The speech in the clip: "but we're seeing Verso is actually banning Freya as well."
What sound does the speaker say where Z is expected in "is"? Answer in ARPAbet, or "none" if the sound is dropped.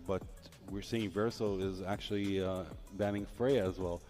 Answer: Z